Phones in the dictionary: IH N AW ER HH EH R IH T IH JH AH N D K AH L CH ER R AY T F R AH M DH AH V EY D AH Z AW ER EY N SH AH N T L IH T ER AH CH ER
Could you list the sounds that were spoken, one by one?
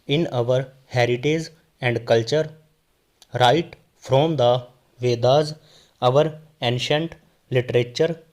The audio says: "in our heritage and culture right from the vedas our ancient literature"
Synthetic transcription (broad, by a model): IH N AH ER HH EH R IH T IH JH AH N D K AH L CH ER R AY T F R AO M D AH V EY D AH Z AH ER EY N SH AH N T L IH T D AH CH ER